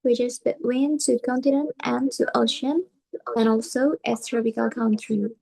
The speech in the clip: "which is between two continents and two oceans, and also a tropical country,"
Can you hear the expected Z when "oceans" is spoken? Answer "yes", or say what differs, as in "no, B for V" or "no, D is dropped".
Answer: no, Z is dropped